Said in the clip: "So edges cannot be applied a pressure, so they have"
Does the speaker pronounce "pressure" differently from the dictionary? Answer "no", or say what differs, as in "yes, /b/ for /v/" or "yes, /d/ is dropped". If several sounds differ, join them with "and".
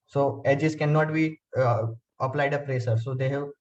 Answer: yes, /s/ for /ʃ/